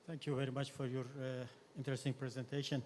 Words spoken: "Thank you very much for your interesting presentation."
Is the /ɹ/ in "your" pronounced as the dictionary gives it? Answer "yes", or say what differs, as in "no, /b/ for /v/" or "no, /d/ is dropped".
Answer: yes